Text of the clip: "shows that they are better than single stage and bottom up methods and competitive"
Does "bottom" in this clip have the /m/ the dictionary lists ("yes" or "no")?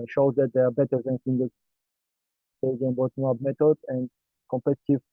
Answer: no